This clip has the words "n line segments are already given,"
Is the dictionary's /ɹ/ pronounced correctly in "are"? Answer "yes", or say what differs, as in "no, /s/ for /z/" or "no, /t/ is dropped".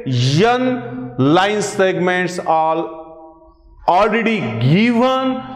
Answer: no, /l/ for /ɹ/